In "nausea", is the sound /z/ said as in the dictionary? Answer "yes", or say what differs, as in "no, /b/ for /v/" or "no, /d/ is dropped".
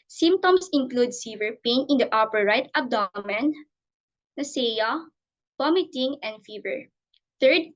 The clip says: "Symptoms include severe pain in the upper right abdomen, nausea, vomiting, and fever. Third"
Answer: no, /s/ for /z/